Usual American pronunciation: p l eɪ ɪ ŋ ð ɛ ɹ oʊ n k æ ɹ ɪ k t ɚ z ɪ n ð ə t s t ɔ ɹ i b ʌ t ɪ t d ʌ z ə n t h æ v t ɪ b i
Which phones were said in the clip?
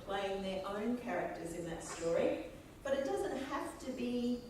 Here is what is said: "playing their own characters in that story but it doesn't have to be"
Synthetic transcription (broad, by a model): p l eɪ ɪ ŋ ð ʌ ɹ oʊ n k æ ɹ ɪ k t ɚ z ɪ n ð ə t s t ɔ ɹ i b ʌ t ɪ t d ʌ z ə n t h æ f t ɪ b i